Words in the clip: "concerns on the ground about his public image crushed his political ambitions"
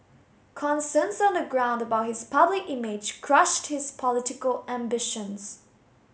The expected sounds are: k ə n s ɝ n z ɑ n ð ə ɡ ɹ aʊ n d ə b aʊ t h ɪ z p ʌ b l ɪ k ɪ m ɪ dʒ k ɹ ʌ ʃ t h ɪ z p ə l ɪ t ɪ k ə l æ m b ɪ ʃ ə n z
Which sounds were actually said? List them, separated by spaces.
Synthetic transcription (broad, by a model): k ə n s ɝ n s ɑ n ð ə ɡ ɹ aʊ n d ə b aʊ t h ɪ z p ʌ b l ɪ k ɪ m ɪ dʒ k ɹ ʌ ʃ t h ɪ z p ə l ɪ t ɪ k ə l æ m b ɪ ʃ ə n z